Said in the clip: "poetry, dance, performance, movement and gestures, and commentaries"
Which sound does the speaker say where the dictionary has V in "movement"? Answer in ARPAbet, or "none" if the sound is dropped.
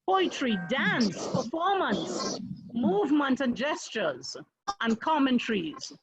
V